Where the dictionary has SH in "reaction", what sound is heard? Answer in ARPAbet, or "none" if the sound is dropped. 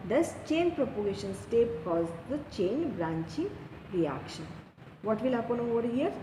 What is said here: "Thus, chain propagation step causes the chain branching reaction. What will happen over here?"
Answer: SH